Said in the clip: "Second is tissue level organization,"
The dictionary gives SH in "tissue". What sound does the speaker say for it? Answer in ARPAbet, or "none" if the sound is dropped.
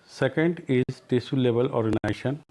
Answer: S